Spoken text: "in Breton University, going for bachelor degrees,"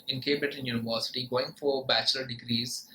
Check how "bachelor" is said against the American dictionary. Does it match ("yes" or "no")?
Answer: yes